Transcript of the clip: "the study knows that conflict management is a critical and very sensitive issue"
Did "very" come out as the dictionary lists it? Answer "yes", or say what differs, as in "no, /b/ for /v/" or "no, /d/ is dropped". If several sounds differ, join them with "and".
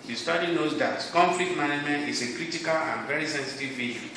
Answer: yes